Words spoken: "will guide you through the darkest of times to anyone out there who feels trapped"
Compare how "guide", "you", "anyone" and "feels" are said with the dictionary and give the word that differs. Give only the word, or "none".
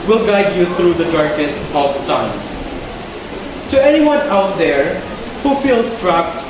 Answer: feels